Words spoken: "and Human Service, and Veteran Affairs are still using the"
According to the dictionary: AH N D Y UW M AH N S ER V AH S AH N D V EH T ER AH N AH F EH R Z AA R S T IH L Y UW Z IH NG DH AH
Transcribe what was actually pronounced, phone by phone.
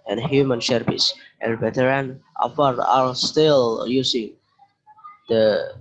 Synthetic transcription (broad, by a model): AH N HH Y UW M AH N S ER P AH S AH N V EH T ER AH N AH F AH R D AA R S T IH L Y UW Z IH NG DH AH